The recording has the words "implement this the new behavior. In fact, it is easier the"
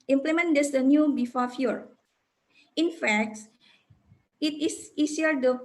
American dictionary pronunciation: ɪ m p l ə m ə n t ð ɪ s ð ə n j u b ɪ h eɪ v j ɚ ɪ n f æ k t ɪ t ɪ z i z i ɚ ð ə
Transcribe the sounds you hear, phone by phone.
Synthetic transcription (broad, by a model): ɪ m p l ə m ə n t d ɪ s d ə n j u b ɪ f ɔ f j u ɪ n f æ k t ɪ t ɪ s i s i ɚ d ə